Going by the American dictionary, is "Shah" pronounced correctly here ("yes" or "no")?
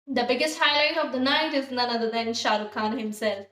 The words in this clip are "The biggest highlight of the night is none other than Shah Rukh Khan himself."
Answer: yes